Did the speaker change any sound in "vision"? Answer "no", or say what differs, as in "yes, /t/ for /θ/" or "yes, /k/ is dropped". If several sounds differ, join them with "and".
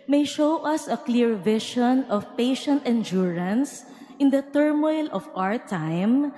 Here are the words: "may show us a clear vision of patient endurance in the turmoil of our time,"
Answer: yes, /ʃ/ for /ʒ/